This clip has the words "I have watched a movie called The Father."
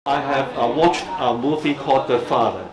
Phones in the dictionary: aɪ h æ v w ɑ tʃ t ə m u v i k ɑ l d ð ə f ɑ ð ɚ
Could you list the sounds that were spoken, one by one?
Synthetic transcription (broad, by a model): aɪ h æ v w ɑ tʃ t ə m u f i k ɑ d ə f ɑ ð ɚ